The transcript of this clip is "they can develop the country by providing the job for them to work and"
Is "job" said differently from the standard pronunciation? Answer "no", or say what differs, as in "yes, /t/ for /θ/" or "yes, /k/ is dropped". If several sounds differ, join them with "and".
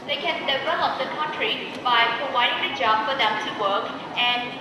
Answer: no